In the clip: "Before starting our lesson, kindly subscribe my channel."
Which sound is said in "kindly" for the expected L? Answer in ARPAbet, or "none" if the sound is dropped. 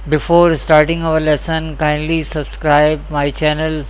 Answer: L